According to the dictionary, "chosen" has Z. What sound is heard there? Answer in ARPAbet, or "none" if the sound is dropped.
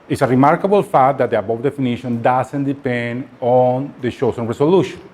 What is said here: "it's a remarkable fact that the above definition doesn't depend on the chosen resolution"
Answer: S